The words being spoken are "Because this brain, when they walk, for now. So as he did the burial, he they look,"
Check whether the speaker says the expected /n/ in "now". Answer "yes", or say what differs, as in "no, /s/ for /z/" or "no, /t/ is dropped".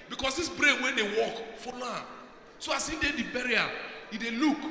no, /l/ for /n/